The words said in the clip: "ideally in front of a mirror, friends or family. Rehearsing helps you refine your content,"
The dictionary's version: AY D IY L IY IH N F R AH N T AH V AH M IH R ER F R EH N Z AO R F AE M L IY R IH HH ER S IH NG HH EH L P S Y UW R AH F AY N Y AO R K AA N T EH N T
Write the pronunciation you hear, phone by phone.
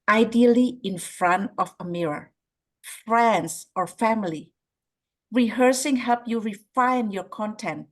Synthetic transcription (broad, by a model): AY D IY L IY IH N F R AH N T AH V AH M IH R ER F R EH N S AO R F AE M L IY R IH HH ER S IH NG HH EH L P Y UW R AH F AY N Y AO R K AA N T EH N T